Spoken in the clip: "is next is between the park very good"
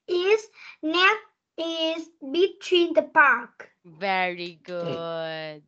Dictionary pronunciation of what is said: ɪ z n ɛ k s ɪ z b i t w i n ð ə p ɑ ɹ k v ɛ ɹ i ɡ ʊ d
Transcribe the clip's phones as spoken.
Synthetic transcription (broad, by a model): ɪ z n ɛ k ɪ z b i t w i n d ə p ɑ ɹ k v ɛ ɹ i ɡ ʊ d